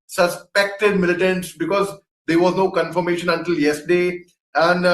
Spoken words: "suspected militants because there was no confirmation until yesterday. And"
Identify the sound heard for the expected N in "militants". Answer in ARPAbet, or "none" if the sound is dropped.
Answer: N